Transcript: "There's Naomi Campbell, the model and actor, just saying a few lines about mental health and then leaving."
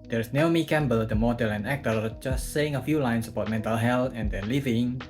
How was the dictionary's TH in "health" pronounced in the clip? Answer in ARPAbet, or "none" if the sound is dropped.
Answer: T